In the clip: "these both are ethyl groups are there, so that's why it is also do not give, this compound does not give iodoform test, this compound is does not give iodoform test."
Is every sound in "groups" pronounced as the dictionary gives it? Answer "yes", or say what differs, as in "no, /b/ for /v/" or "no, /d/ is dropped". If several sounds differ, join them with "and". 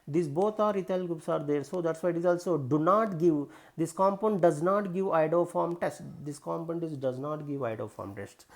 no, /ɹ/ is dropped